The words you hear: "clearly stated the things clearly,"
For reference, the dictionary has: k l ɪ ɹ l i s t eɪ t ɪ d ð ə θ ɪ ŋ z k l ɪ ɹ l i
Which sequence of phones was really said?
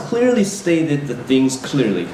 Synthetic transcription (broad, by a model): k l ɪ ɹ l i s t eɪ t ɪ d ð ə θ ɪ ŋ z k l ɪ ɹ l i